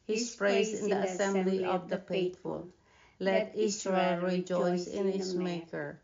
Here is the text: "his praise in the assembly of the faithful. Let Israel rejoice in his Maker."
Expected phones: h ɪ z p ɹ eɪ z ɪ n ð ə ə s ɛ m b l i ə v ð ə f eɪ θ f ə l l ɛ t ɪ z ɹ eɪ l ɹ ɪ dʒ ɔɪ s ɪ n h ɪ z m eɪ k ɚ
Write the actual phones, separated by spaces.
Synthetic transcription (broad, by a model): h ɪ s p ɹ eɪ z ɪ n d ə ə s ɛ m b l i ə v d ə p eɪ t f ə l l ɛ t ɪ s ɹ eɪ l ɹ ɪ dʒ ɔɪ s ɪ n h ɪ s m eɪ k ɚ